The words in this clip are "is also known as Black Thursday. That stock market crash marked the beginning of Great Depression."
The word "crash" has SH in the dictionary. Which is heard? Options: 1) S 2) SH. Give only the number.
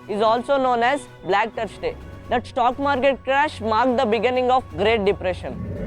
2